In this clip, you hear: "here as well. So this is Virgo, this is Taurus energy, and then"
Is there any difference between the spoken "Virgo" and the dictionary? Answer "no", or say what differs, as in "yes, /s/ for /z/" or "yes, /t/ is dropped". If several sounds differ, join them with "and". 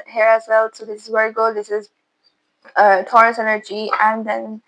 yes, /w/ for /v/